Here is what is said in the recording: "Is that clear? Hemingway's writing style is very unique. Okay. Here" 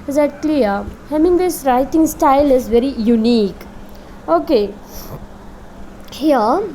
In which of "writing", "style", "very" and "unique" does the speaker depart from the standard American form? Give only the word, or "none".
none